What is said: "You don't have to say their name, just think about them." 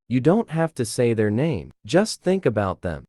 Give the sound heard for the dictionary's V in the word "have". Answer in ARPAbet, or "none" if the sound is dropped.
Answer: F